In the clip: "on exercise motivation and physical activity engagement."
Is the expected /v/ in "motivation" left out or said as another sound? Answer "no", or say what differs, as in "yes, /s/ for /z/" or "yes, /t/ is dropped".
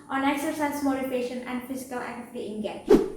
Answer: yes, /p/ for /v/